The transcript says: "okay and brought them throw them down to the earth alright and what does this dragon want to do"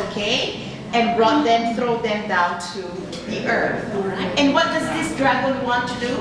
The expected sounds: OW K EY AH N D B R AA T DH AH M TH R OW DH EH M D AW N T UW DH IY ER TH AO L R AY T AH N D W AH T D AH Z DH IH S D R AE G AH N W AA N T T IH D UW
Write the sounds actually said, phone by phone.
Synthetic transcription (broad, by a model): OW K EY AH N B R AA T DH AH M TH R OW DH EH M D AW N T UW DH IY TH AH R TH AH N W AH T D AH Z DH IH S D R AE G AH L W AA N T T IH D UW